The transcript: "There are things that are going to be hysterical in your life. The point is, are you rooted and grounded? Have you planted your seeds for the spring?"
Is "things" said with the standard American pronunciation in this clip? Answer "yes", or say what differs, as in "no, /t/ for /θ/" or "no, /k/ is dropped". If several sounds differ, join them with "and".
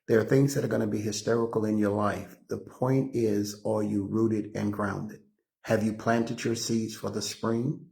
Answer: yes